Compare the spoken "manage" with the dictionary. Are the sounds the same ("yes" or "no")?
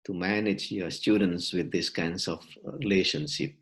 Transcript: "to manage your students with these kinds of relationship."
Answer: yes